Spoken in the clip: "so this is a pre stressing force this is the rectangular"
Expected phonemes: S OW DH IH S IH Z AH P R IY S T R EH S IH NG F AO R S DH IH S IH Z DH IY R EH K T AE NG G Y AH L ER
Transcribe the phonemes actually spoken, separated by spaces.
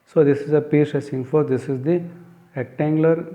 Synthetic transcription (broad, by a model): S OW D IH S IH Z AH P IY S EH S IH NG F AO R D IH S IH Z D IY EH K T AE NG G L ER